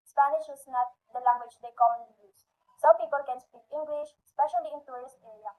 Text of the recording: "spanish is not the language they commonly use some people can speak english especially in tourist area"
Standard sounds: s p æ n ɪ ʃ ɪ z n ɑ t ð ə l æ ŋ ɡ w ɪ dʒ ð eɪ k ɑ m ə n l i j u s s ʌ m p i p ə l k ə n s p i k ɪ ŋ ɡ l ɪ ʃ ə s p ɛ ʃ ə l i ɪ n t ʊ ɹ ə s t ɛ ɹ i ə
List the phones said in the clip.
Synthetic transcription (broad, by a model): s p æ n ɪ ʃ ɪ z n ɑ t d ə l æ ŋ ɡ w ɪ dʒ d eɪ k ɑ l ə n i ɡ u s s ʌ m p i p ə l k ə n s p i k ɪ ŋ ɡ l ɪ ʃ s p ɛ ʃ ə l i ɪ n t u ɹ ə s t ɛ ɹ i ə